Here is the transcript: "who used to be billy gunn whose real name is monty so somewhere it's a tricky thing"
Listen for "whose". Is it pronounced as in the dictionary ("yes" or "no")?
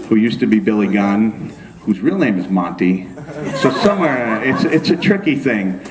yes